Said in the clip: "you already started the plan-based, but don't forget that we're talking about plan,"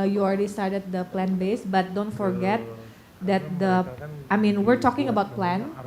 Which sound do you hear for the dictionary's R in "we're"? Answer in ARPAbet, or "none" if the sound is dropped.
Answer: R